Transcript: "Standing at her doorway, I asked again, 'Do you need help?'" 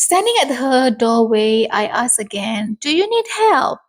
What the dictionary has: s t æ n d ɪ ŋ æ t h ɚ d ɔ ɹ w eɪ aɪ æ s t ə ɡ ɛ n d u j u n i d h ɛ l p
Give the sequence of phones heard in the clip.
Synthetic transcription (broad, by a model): s t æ n d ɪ ŋ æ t h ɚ d ɔ w eɪ aɪ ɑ s ə ɡ ɛ n d u j u n i d h ɛ l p